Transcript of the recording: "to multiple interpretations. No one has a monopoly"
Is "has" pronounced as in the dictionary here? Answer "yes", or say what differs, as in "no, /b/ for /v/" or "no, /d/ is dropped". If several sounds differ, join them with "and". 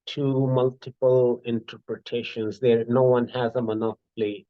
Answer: yes